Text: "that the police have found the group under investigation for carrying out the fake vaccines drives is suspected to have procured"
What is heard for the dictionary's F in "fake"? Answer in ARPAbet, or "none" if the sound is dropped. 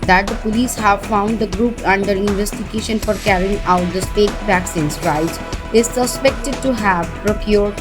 P